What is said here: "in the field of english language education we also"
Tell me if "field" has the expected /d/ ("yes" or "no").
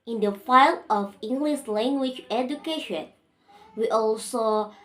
no